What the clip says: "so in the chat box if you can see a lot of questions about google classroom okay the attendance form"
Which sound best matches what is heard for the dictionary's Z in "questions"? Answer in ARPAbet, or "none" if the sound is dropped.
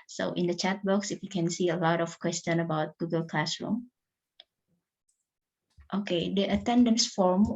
none